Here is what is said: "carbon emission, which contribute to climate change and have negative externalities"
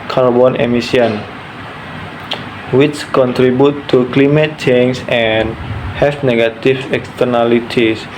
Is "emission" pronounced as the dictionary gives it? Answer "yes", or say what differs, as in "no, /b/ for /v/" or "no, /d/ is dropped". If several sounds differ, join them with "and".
no, /s/ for /ʃ/